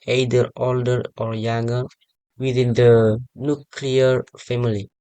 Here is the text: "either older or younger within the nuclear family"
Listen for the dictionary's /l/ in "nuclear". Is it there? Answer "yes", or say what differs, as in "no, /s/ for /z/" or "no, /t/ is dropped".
yes